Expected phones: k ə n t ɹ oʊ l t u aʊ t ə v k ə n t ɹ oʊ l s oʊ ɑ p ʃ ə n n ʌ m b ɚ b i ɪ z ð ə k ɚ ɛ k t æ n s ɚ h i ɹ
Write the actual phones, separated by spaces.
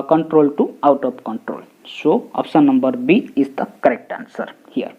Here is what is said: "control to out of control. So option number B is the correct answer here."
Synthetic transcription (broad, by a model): k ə n t ɹ oʊ l t u aʊ t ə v k ə n t ɹ oʊ l s oʊ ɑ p s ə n n ʌ m b ɚ b i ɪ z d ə k ɚ ɛ k t æ n s ɚ h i ɹ